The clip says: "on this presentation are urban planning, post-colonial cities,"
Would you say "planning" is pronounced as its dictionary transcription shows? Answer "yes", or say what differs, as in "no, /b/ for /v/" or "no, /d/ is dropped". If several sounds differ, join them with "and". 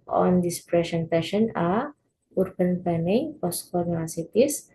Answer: no, /l/ is dropped